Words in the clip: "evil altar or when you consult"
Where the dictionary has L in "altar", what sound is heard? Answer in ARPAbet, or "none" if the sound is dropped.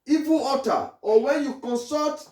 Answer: none